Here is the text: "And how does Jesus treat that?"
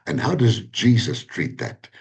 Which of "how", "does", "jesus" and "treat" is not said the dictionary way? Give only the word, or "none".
none